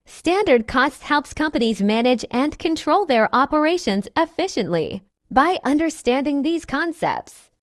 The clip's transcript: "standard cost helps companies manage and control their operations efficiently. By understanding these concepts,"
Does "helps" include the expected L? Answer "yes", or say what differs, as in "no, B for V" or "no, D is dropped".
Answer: yes